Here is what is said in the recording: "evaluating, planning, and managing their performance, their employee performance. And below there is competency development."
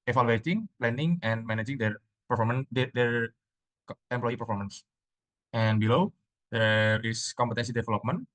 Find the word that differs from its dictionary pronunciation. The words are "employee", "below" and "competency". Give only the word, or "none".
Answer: none